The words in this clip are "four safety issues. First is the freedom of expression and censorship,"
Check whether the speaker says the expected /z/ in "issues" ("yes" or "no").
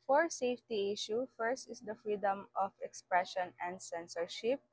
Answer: no